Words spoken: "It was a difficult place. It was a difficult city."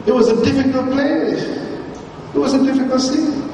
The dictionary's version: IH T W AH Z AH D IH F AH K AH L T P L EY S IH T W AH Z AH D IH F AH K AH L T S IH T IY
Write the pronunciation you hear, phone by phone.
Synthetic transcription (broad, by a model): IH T W AH Z AH D IH F AH K AH L T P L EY IH T W AH Z AH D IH F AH K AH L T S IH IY